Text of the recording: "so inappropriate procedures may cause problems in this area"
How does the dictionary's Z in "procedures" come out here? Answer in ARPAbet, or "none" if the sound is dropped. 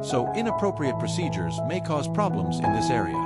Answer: Z